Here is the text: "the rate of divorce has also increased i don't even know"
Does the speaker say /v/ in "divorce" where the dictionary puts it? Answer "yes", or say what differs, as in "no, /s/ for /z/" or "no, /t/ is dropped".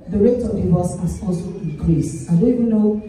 no, /w/ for /v/